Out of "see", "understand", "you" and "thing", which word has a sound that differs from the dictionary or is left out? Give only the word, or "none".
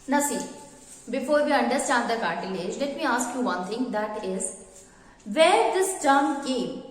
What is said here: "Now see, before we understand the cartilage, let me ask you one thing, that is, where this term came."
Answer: thing